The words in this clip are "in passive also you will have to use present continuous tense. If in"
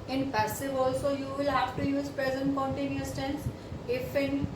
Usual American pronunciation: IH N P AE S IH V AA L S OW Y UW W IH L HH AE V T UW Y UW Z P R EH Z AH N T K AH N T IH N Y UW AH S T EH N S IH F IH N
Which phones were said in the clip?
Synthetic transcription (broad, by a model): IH N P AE S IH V AA L S OW Y UW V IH L HH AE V T UW Y UW Z P R EH Z AH N T K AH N T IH N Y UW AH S T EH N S IH F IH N